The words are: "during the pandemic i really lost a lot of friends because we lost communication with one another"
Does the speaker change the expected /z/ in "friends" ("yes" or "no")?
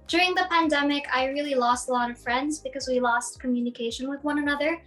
no